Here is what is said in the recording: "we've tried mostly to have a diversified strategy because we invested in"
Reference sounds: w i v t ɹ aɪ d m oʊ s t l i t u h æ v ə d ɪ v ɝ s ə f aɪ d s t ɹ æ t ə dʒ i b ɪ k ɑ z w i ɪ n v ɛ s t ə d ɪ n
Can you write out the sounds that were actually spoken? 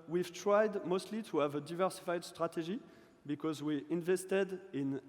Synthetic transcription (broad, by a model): w i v t ɹ aɪ d m oʊ s t l i t u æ v ə d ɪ v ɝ s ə f aɪ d s t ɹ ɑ t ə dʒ i b ɪ k ɑ z w i ɪ n v ɛ s t ə d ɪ n